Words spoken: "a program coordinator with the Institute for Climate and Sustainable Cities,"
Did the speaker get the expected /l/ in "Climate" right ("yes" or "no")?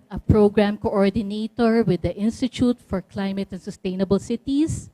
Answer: yes